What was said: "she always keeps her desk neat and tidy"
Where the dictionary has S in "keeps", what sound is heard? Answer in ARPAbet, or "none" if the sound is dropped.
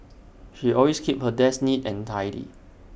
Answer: none